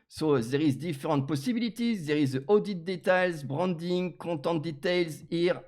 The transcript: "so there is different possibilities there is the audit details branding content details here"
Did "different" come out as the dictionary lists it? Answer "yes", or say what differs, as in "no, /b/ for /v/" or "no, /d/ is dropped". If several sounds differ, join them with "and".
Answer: no, /n/ is dropped